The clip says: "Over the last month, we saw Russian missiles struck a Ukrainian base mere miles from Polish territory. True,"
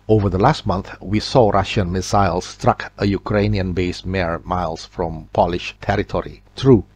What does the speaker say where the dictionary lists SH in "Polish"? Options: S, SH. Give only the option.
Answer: SH